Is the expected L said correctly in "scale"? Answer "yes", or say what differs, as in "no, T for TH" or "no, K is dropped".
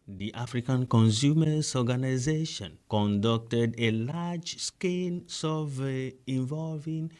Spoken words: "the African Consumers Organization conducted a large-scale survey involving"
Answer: no, N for L